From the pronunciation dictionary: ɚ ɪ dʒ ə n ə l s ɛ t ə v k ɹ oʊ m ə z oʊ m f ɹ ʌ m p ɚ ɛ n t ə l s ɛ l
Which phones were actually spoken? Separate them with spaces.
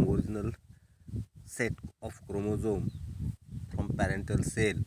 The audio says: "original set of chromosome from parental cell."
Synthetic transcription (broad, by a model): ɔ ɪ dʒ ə n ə l s ɛ t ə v k ɹ oʊ m ə z oʊ m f ɹ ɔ m p ɚ ɛ n t ə l s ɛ l